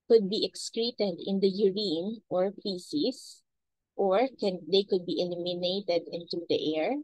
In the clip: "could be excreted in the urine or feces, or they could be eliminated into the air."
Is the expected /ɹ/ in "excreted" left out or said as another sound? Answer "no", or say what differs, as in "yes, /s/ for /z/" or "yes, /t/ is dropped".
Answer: no